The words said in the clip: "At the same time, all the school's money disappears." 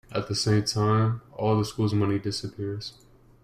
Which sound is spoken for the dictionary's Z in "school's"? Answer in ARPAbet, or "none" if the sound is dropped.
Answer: Z